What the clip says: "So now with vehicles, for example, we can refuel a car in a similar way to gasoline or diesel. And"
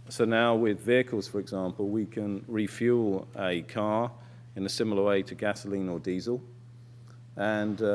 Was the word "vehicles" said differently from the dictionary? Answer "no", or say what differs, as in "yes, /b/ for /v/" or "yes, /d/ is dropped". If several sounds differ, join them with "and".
no